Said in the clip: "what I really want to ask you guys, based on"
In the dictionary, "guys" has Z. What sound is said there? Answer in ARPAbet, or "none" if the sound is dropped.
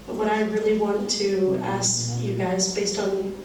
Z